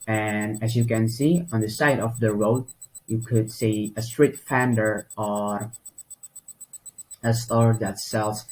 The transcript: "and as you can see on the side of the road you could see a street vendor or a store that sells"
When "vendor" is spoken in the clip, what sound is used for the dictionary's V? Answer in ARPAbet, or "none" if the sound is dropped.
F